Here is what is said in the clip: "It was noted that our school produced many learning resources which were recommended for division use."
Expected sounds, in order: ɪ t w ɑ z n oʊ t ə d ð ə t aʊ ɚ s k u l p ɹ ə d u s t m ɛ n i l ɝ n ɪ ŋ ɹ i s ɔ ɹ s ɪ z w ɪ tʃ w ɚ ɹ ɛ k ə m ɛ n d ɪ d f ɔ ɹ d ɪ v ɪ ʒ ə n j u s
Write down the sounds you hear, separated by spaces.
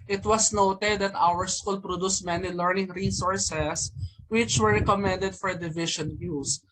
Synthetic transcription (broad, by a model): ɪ t w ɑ s n oʊ t ə d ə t aʊ ɚ s k u l p ɹ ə d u s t m ɛ n i l ɝ n ɪ ŋ ɹ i s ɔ ɹ s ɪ s w ɪ tʃ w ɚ ɹ ɛ k ə m ɛ n d ɪ d f ɔ ɹ d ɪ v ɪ ʃ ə n j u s